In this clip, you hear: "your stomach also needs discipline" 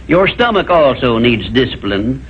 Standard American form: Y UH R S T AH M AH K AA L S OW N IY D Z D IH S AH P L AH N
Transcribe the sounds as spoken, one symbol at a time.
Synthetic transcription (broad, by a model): Y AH R S T AH M AH K AA L S OW N IY D Z D IH S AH P L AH N